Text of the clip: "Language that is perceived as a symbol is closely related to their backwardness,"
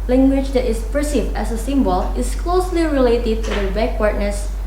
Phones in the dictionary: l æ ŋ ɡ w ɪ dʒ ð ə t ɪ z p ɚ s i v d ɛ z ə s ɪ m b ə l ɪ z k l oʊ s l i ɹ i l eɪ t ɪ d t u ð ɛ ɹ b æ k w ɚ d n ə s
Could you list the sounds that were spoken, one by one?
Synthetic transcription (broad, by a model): l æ ŋ ɡ w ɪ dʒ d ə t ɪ s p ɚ s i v ɛ s ə s ɪ m b ə l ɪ s k l oʊ s l i ɹ i l eɪ t ɪ d t u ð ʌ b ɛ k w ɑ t n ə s